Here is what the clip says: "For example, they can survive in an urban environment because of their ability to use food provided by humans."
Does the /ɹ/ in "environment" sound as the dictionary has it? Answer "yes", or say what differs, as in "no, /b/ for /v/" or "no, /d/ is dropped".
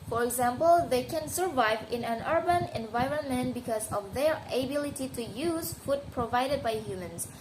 yes